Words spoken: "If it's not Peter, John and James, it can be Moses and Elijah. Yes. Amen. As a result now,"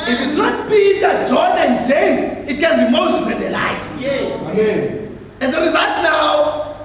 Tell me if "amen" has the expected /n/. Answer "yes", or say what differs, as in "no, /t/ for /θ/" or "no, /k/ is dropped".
no, /n/ is dropped